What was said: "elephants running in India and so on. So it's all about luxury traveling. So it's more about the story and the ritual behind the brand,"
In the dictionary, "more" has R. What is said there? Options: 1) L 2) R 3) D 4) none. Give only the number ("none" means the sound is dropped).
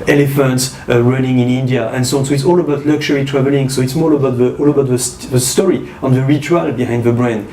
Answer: 1